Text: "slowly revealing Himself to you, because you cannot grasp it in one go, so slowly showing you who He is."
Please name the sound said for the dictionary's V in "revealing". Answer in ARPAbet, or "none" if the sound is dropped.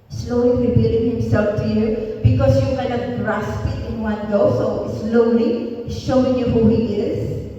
B